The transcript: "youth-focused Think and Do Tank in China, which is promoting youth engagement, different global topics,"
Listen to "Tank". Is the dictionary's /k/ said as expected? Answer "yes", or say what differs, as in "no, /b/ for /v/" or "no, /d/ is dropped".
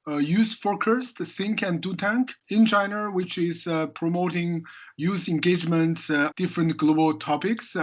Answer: yes